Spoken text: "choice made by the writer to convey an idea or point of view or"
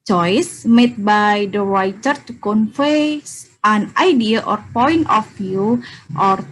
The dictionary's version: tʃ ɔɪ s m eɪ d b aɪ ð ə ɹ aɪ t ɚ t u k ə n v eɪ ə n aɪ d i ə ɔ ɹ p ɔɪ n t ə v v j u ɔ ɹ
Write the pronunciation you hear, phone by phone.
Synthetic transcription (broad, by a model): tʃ ɔɪ s m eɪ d b aɪ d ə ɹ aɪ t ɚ t u k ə n f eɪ ə n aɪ d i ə ɔ ɹ p ɔɪ n t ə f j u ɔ ɹ